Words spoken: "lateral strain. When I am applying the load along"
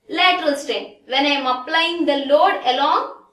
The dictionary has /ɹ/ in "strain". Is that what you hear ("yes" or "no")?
no